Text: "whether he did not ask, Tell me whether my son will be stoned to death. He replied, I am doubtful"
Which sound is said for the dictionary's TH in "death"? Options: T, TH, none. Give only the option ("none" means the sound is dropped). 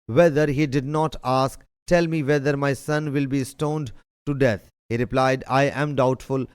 T